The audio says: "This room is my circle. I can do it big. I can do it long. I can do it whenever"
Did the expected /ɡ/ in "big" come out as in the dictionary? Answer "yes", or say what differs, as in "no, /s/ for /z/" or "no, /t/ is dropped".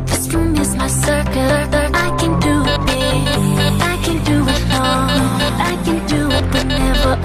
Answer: no, /ɡ/ is dropped